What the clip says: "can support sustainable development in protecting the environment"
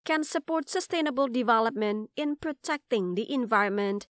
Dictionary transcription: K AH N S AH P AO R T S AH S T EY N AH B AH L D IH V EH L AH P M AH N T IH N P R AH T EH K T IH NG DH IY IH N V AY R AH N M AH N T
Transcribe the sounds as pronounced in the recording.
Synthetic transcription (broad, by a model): K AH N S AH P AO R T S AH S T EY N AH B AH L D IH V EH L AH P M AH N T IH N P R AH T EH K T IH NG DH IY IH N V AY R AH N M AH N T